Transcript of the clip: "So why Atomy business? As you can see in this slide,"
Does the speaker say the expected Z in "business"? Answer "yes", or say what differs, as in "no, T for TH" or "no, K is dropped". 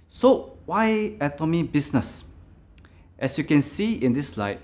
no, S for Z